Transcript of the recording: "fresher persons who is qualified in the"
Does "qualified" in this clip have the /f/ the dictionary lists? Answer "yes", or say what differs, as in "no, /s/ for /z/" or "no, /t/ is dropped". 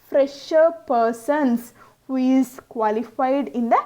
yes